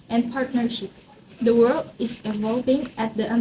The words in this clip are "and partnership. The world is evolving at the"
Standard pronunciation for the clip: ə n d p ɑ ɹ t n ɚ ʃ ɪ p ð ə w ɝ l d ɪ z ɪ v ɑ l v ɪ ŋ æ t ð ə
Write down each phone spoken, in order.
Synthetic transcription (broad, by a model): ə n p ɑ ɹ t n ɚ ʃ ɪ p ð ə w ɝ l d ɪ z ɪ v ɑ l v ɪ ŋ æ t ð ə